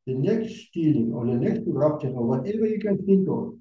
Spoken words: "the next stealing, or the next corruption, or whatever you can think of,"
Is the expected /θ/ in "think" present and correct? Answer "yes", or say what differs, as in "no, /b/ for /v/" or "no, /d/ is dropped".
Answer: no, /s/ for /θ/